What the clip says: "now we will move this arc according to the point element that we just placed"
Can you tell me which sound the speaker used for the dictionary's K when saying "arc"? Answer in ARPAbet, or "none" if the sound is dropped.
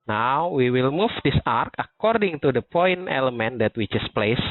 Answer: K